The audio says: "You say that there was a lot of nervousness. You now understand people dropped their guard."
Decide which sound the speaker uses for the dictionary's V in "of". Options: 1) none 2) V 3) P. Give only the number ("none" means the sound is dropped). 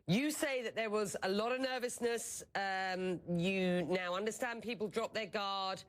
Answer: 2